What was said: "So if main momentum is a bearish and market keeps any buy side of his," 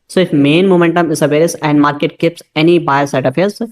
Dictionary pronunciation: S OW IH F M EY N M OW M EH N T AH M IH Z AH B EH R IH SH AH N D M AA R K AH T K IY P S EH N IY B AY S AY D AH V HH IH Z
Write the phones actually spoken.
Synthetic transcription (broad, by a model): S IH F M EY N M OW M EH N T AH M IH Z AH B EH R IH S AH N D M AA R K AH T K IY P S EH N IY B AY S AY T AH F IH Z